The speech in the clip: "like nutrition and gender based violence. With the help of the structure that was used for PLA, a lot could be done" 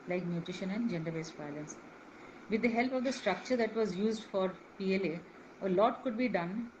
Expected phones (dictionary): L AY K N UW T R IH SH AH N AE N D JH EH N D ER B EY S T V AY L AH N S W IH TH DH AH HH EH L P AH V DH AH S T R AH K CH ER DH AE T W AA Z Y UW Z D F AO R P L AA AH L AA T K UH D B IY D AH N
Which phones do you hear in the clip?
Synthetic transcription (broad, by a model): L AY K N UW T R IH SH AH N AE N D JH EH N D ER B EY S T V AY L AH N S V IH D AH HH EH L P AH V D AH S T R AH K CH ER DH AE T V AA Z Y UW Z D F AO R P L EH AH L AA T K UH D B IY D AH N